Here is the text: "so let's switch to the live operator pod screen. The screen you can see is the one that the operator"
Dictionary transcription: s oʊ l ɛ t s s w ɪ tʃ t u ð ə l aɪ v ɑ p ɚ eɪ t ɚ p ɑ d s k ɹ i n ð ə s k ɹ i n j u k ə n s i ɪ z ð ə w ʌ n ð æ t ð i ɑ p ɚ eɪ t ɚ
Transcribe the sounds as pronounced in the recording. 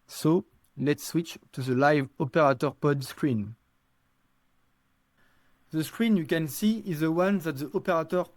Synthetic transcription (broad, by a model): s oʊ l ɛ t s s w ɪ tʃ t u ð ə l aɪ v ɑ p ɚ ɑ t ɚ p ɑ d s k ɹ i n ð ə s k ɹ i n j u k ə n s i ɪ z ð ə w ʌ n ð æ t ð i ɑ p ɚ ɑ t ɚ